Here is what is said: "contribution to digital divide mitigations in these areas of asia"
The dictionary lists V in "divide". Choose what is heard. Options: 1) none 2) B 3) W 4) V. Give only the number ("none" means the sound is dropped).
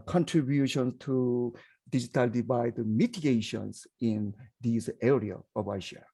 2